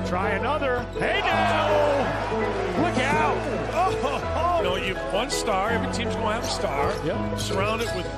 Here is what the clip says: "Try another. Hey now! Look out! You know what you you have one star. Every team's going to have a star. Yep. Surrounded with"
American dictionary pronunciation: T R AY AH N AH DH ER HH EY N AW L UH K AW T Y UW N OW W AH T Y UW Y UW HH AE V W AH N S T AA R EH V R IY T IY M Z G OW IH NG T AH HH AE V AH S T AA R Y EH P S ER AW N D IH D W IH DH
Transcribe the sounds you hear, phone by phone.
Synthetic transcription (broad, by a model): T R AY AH N AH DH ER HH EY N AW L UH K AW T N OW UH Y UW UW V W AH N S T AA R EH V IY S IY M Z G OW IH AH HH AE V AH S T AA R Y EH S ER AW N D IH D W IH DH